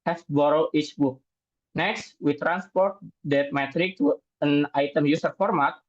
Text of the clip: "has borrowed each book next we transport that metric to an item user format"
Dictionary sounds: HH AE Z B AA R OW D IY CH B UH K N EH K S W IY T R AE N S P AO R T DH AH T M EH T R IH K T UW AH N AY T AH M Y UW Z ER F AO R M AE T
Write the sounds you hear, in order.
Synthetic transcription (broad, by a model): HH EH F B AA R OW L IY CH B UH K N EH K S W IY T R AE N S P AO R T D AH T M EH T R IH K T UW AH N AY T AH M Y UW S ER F AO R M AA T